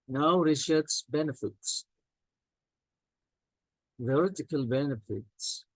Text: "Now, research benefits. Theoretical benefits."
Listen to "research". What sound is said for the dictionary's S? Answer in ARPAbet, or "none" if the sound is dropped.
SH